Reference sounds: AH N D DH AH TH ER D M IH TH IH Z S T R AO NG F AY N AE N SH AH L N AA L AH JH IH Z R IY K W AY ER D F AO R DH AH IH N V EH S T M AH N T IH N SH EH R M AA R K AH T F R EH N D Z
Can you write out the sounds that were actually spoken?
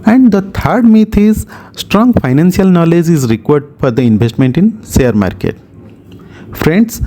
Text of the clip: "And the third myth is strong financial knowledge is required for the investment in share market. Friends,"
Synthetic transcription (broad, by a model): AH N D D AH T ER D M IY T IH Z S T R AO NG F AY N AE N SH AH L N AA L AH JH IH Z R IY K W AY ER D F AO R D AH IH N V EH S T M AH N T IH N S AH R M AA R K AH T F R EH N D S